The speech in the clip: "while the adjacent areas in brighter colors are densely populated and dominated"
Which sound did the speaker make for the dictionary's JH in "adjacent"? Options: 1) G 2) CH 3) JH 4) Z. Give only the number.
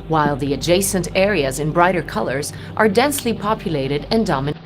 3